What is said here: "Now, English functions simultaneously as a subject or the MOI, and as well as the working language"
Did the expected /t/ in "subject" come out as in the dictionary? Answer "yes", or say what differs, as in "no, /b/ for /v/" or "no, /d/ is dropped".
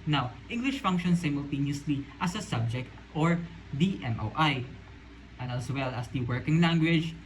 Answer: yes